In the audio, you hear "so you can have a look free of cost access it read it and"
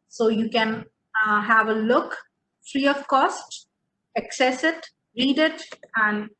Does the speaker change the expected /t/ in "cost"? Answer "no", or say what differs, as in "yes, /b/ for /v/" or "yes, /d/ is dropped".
no